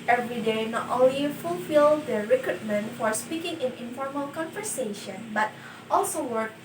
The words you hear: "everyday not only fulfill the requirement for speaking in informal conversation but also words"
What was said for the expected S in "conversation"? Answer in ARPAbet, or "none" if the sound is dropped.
S